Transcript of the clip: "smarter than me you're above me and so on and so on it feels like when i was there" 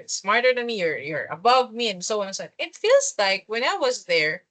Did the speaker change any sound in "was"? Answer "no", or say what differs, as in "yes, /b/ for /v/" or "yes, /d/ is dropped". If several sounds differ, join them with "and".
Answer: no